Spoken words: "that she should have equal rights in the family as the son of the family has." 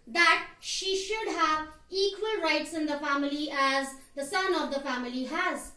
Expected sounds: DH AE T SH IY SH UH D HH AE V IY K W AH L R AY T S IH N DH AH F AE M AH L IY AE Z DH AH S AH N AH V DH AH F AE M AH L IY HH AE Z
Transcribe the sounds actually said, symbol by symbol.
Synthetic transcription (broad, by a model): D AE T SH IY SH UH D HH AE V IY K W AH L R AY T S IH N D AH F AE M AH L IY AE Z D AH S AH N AH V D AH F AE M AH L IY HH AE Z